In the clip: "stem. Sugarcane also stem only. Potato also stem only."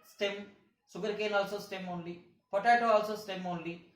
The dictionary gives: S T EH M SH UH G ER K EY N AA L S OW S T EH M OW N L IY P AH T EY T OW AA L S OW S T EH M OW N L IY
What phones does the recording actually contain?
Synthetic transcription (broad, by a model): S T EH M S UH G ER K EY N AA L S OW S T EH M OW N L IY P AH T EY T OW AA L S OW S T EH M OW N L IY